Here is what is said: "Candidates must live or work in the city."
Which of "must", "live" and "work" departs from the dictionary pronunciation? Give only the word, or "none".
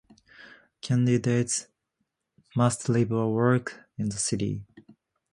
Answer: live